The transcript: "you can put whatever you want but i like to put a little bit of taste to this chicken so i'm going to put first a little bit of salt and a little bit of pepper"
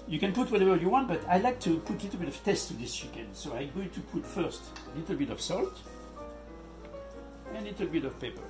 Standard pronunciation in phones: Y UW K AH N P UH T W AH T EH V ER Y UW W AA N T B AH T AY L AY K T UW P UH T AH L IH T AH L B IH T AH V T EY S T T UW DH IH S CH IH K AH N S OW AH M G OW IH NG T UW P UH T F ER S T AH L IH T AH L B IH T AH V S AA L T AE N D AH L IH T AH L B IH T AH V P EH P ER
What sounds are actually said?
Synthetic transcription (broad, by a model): Y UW K AH N P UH T W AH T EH V ER Y UW W AA N T B AH T AY L AY K T UW P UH T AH L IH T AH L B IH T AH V T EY S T T UW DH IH S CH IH K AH N S OW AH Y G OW T UW P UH T F ER S T AH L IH T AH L B IH T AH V S AA L T AH L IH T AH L B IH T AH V P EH P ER